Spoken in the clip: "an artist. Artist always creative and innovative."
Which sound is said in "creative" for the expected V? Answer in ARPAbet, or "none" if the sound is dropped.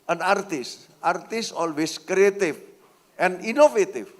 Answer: F